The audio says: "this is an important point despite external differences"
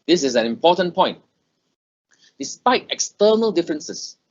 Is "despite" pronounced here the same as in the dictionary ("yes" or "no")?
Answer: yes